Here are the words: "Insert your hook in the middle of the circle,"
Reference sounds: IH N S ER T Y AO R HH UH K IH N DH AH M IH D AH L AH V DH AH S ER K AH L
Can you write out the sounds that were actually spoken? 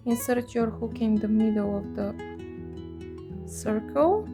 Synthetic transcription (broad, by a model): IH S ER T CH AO R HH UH K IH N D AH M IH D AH W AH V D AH S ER K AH L